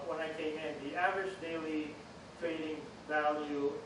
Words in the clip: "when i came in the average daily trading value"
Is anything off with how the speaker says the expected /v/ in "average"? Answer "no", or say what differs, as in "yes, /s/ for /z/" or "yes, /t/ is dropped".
no